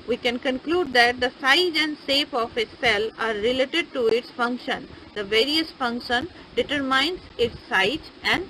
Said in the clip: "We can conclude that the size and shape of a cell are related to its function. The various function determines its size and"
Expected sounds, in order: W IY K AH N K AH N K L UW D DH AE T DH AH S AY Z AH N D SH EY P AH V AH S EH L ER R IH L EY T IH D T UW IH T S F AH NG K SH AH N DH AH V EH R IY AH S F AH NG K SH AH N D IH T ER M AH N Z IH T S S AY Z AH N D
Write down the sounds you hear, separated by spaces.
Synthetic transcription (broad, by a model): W IY K AH N K AH N K L UW D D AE T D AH S AY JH AH N D S EY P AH F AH S EH L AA R IH L EY T IH D T UW IH T S F AH NG K SH AH N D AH V EH R IY AH S F AH NG K SH AH N D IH T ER M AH N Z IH T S S AY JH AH N D